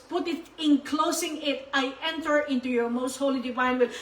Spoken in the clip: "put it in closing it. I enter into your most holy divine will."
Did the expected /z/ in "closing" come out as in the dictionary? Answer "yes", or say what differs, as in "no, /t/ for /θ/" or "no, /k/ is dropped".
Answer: no, /s/ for /z/